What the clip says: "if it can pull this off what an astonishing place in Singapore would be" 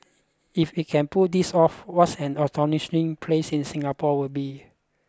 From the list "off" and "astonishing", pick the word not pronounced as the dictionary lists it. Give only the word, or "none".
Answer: astonishing